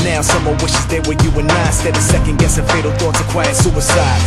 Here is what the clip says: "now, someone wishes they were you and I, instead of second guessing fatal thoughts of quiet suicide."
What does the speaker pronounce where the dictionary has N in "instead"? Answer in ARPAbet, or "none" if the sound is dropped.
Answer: none